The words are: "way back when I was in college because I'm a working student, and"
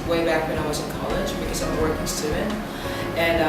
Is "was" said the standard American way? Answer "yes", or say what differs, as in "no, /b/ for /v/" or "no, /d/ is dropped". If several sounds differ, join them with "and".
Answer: yes